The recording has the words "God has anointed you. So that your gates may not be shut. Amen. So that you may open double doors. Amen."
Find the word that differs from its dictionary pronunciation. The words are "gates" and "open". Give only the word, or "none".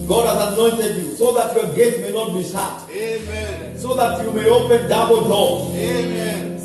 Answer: gates